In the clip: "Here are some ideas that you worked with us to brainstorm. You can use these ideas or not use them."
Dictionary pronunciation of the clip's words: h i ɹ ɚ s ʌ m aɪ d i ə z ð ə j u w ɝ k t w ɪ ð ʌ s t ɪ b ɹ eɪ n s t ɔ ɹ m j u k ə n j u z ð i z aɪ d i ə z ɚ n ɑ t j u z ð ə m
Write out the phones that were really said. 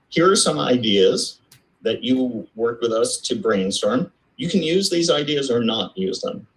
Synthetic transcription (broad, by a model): h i ɹ ɚ s ʌ m aɪ d i ə z ð ə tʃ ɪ w ɝ k w ɪ ð ʌ s t ɪ b ɹ eɪ n s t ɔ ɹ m j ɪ k n j u z ð i z aɪ d i ə z ɚ n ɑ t j u z ð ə m